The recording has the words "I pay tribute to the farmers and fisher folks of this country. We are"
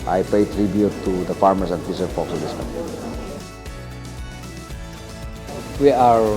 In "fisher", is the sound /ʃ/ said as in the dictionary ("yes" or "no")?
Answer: no